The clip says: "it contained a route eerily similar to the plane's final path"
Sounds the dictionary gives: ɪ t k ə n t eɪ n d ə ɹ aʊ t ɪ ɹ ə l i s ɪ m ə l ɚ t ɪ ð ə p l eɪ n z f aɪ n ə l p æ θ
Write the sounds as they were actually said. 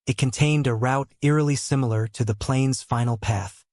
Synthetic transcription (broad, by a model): ɪ t k ə n t eɪ n d ə ɹ aʊ t ɪ ɹ ə l i s ɪ m l ɚ t ɪ ð ə p l eɪ n z f aɪ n l p æ θ